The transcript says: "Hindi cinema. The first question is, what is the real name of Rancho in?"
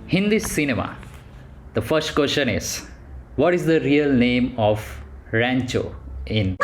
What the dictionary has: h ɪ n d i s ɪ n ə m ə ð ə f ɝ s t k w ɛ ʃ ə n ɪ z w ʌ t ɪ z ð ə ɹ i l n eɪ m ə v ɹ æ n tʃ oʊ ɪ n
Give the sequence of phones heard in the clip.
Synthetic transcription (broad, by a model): h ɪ n d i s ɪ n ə m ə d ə f ɝ s t k w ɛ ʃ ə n ɪ z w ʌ t ɪ z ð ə ɹ i l n eɪ m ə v ɹ æ n tʃ oʊ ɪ n